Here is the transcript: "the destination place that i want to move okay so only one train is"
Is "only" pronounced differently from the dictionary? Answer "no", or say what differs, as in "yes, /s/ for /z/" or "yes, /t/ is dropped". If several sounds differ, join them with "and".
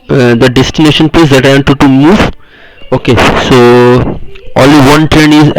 yes, /n/ is dropped